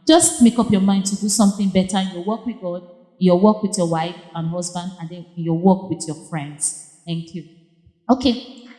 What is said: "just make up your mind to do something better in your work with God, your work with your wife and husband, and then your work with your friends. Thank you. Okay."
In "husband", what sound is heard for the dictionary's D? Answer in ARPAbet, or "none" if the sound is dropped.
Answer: D